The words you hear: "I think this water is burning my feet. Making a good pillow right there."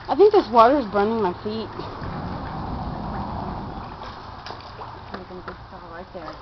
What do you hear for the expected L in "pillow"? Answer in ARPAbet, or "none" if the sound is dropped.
none